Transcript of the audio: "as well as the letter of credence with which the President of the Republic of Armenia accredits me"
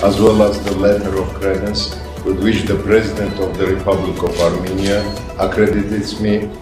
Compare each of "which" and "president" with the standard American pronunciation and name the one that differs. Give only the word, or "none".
none